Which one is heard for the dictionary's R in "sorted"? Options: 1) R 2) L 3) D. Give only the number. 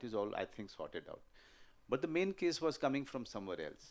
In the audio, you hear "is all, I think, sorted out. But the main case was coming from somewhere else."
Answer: 1